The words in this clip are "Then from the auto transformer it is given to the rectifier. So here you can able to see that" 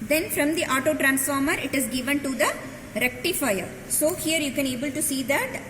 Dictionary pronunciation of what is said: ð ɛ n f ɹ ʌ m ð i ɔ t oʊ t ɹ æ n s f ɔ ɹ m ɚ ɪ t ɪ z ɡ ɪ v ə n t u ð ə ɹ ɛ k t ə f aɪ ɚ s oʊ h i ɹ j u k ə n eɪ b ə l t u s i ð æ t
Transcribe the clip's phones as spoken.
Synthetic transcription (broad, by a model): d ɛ n f ɹ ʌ m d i ɔ t oʊ t ɹ æ n s f ɔ ɹ m ɚ ɪ t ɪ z ɡ ɪ v ə n t u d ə ɹ ɛ k t ə f aɪ ɚ s oʊ h i ɹ j u k ə n eɪ b ə l t u s i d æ t